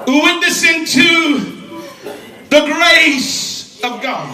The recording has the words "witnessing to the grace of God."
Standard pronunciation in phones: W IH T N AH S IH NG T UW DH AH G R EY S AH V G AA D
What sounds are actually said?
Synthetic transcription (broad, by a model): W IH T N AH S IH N T UW DH AH G R EY S AH V G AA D